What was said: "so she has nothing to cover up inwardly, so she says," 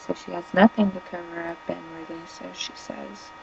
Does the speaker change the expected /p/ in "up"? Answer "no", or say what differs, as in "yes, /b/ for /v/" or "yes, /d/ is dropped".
yes, /b/ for /p/